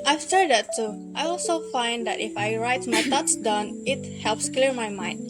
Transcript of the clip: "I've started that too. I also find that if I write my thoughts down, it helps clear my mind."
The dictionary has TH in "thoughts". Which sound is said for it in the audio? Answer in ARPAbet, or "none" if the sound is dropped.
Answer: T